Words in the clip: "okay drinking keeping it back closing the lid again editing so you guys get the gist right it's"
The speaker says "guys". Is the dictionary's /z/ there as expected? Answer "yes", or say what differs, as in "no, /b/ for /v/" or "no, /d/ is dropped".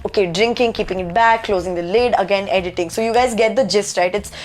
yes